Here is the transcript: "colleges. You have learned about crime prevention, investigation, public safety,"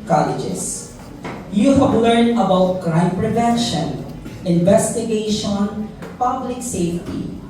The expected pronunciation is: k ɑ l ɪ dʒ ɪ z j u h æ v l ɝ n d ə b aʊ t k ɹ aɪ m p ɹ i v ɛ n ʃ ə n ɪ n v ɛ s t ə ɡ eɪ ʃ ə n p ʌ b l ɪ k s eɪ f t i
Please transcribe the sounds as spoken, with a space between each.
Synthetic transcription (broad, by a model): k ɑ l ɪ dʒ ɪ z j u h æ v l ɝ n d ə b aʊ t k ɹ aɪ m p ɹ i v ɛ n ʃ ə n ɪ n v ɛ s t ə ɡ eɪ ʃ ə n p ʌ b l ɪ k s eɪ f t i